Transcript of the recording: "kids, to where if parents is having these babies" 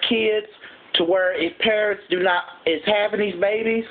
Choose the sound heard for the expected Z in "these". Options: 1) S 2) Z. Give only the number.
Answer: 2